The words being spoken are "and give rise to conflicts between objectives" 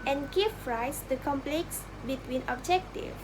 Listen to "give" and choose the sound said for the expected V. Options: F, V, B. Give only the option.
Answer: F